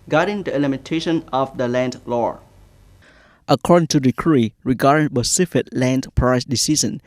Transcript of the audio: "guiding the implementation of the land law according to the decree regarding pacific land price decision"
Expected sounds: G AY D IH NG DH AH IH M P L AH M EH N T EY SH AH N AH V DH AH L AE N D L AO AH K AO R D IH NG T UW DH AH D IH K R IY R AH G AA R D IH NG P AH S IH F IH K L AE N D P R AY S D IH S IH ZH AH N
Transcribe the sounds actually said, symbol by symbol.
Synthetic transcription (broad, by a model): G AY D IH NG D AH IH L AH M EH N T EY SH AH N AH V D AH L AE N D L AO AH K AO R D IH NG T UW D IH K R IY R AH G AA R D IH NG B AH S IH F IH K L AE N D P R AY S D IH S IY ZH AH N